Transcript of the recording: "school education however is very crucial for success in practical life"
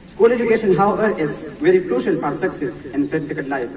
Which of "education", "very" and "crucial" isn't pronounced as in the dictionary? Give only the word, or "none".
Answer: none